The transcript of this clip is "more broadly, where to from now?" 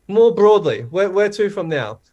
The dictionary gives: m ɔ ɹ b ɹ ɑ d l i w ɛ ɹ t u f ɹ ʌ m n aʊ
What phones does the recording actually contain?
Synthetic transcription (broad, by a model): m ɔ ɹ b ɹ ɑ d l i w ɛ w t u f ɹ ʌ m n aʊ